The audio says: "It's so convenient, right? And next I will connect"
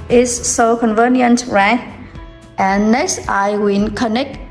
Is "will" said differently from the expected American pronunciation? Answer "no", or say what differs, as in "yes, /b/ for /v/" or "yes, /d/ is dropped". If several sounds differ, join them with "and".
yes, /n/ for /l/